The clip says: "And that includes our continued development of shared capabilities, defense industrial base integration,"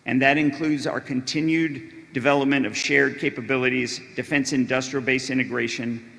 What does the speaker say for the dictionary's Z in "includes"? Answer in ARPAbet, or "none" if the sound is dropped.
Z